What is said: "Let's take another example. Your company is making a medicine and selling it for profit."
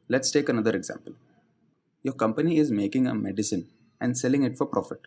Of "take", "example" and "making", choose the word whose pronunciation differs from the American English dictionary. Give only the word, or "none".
none